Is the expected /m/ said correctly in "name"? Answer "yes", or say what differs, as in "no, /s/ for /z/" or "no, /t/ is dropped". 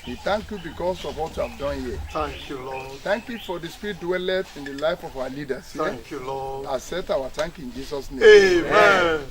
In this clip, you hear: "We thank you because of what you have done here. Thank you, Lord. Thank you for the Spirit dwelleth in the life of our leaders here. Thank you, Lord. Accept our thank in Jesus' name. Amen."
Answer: no, /m/ is dropped